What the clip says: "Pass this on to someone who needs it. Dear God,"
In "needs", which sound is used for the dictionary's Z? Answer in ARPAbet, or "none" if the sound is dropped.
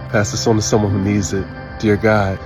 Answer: Z